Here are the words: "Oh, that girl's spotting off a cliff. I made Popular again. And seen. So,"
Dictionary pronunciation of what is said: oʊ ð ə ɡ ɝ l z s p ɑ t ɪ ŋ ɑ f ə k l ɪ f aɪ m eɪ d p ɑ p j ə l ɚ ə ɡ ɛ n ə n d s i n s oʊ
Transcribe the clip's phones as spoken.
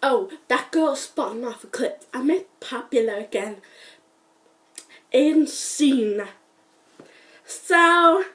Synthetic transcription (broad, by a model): oʊ ð ə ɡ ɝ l s p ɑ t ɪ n ɑ f ə k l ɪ p aɪ m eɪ p ɑ p j ə l ɚ ə ɡ ɛ n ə n s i n s oʊ